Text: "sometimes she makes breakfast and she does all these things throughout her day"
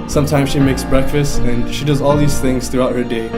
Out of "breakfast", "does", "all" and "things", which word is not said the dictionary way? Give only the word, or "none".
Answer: none